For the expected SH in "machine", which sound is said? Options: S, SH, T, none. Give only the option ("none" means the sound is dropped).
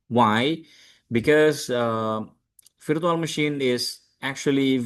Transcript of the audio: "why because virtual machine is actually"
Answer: SH